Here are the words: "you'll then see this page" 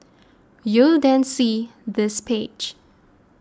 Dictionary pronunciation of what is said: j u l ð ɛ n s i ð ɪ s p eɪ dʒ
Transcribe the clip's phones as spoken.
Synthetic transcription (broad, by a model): j u l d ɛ n s i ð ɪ s p eɪ dʒ